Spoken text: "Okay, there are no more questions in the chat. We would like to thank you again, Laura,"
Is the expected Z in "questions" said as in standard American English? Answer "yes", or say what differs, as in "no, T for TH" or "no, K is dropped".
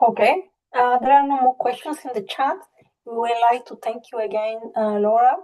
no, S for Z